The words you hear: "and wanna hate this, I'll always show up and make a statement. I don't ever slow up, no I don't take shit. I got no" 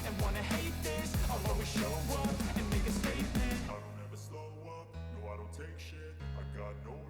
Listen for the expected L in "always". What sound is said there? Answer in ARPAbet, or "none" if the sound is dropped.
none